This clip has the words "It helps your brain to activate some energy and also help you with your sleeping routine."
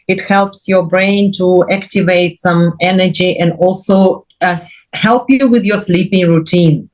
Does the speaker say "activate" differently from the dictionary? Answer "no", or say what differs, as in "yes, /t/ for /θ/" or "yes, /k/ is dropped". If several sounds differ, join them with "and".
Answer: no